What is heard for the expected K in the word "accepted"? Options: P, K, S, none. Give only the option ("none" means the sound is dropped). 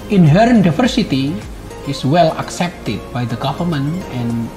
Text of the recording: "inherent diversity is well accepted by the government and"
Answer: K